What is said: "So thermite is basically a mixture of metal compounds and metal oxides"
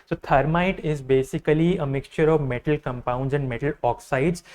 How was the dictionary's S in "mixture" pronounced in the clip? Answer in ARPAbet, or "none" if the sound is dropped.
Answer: S